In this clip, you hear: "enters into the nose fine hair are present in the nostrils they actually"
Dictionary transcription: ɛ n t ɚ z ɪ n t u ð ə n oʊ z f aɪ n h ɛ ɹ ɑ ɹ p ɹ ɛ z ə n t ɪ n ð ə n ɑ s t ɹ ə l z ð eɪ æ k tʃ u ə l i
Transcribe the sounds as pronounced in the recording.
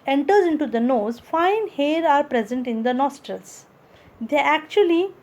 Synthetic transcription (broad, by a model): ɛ n t ɚ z ɪ n t u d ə n oʊ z f aɪ n h ɛ ɹ ɑ ɹ p ɹ ɛ z ə n t ɪ n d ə n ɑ s t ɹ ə l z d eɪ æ k tʃ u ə l i